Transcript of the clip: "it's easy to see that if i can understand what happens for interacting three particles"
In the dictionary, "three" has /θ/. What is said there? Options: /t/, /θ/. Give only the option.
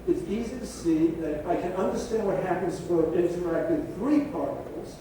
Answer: /θ/